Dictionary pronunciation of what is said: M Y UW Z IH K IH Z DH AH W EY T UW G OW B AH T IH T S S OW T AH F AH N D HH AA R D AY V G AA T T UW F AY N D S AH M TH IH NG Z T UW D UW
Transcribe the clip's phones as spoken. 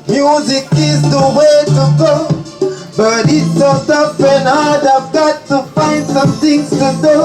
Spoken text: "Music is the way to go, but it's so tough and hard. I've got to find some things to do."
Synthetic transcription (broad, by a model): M Y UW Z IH K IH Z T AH W EY T UW G OW B AH T IH T S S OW S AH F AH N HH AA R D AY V G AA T T UW F AY N D S AH M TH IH NG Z T UW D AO